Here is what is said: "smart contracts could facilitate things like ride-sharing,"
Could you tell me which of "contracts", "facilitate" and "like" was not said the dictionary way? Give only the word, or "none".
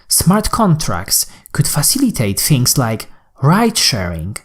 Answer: none